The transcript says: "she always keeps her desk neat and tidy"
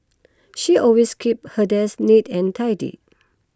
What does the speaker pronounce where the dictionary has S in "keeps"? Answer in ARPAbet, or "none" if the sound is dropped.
none